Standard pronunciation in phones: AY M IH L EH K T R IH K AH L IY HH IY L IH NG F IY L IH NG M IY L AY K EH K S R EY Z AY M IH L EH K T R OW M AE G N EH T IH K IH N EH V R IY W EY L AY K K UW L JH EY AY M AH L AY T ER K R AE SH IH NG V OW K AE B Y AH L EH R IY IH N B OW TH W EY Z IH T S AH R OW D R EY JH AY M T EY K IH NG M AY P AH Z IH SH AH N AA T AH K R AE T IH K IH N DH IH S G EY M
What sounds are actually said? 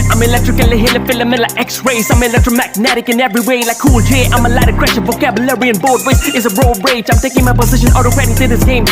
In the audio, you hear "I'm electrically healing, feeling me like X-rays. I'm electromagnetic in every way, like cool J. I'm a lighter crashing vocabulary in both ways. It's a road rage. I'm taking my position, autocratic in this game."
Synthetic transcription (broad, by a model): AY M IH L EH K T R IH K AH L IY HH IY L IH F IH L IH M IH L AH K EH K S R EY S AY M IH L EH K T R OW M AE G N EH T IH K IH N EH V R IY W EY L AY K K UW L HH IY AY M AH L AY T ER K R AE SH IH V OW K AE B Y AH L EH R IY IH N B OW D W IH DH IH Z AH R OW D R EY JH AY M T EY K IH NG M AY P AH Z IH SH AH N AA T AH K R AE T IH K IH DH IH S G EY M